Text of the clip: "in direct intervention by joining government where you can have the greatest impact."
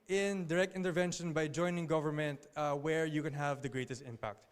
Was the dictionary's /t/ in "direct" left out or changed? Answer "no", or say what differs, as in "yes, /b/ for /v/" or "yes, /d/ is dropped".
no